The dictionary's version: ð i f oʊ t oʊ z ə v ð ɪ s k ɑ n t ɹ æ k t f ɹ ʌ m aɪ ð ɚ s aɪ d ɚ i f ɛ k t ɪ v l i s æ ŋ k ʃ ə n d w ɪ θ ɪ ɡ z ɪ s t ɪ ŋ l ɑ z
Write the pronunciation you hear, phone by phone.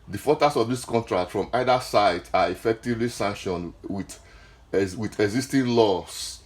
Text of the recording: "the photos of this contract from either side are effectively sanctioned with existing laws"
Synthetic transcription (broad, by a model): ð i f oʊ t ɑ s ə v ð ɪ s k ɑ n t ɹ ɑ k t f ɹ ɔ m aɪ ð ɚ s aɪ d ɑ i f ɛ k t ɪ v l i s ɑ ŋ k ʃ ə n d w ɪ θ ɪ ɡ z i s t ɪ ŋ l ɑ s